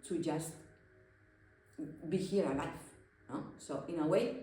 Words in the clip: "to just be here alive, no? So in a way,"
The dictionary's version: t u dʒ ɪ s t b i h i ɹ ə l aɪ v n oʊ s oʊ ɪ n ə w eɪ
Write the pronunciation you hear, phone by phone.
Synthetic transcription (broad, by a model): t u dʒ ɪ s t b i h i ɹ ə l aɪ f n oʊ s oʊ ɪ n ə w eɪ